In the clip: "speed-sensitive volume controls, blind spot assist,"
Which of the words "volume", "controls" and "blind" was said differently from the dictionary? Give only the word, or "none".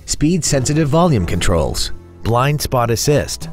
none